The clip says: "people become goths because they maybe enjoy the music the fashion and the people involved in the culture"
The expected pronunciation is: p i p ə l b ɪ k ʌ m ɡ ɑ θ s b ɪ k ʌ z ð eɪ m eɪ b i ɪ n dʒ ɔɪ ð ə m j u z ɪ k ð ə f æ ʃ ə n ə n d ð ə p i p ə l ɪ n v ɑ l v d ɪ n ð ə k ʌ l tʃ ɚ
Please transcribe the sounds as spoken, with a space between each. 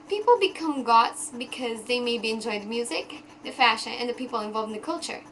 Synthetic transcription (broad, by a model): p i p l b ɪ k ʌ m ɡ ɑ t s b ɪ k ʌ z ð eɪ m eɪ b i ɪ n dʒ ɔɪ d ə m j u z ɪ k ð ə f æ ʃ ə n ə n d ð ə p i p l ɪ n v ɑ l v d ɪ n ð ə k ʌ l tʃ ɚ